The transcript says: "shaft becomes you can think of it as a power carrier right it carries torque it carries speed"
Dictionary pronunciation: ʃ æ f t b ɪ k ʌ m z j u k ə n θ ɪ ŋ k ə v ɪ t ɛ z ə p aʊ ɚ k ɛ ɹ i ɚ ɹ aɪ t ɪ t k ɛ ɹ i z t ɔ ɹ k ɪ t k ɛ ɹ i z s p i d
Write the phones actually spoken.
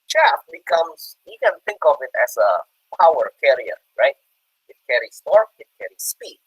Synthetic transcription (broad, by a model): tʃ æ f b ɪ k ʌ m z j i k ə n θ ɪ ŋ k ə v ɪ t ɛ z ə p aʊ ɚ k ɛ ɹ i ɚ ɹ aɪ t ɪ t k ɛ ɹ i s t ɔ ɹ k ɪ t k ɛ ɹ i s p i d